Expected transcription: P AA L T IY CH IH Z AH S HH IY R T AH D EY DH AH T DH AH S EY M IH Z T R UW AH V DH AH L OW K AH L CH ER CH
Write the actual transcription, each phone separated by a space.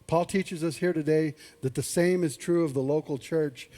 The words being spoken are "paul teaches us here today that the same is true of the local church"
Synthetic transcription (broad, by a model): P AA L T IY CH IH Z AH S HH IY R T AH D EY DH AH T DH AH S EY M IH Z T R UW AH V DH AH L OW K L CH ER CH